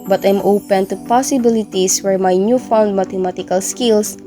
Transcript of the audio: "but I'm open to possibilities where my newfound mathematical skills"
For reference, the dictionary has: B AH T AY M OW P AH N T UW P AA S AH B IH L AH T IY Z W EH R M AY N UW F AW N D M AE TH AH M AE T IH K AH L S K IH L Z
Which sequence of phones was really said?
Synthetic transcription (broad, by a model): B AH T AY M OW P AH N T UW P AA S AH B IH L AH T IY S W EH R M AY N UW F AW N D M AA T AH M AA T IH K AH L S K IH L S